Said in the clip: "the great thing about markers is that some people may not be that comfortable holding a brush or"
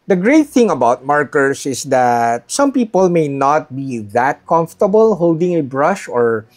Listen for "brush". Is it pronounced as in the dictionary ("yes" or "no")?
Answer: yes